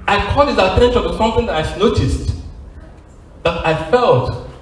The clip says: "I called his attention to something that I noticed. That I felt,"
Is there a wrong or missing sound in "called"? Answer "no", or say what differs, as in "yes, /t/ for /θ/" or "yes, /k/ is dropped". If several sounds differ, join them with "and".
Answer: yes, /l/ is dropped